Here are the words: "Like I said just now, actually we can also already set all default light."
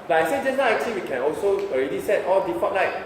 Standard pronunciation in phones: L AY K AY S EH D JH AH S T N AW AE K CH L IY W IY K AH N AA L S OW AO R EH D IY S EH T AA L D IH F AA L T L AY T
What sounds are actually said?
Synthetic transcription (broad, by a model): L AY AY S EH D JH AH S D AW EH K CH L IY W IY K AH N AA L S OW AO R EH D IY S EH T AA L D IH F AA T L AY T